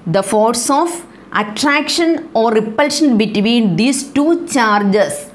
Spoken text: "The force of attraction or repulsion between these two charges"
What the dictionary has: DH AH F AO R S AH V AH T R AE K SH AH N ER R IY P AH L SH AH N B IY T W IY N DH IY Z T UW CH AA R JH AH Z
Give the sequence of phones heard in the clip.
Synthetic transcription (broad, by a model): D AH F AO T S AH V AH T R AE K SH AH N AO R IY P AH L SH AH N B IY T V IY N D IY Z T UW CH AA R JH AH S